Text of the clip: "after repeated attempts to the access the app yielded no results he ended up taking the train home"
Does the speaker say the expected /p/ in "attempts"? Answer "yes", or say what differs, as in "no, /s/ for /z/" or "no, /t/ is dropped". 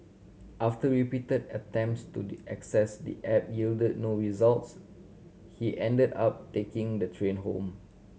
yes